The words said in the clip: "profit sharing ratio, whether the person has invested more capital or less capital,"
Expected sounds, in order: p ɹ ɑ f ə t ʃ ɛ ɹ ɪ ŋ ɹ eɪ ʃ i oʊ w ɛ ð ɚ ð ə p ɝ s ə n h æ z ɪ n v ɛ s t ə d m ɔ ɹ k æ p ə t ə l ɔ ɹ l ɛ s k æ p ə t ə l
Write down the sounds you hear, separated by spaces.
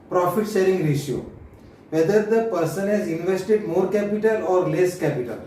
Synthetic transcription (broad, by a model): p ɹ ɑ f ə t s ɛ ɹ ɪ ŋ ɹ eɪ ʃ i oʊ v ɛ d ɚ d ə p ɝ s ə n h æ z ɪ n v ɛ s t ə d m ɔ ɹ k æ p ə t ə l ɔ ɹ l ɛ s k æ p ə t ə l